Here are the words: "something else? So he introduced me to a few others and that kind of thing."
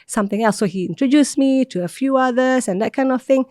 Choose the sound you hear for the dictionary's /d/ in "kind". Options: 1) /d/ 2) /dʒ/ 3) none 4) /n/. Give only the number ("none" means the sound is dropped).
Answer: 1